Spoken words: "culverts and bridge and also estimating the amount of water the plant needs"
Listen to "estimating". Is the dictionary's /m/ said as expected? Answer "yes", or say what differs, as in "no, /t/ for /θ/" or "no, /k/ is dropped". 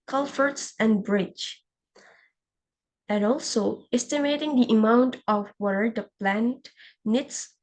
yes